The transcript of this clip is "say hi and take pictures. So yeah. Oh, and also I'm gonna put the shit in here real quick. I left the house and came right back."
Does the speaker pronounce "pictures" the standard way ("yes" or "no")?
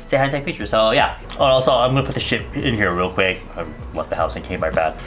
no